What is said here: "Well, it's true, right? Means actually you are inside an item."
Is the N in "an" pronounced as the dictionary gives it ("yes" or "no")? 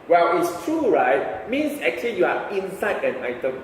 yes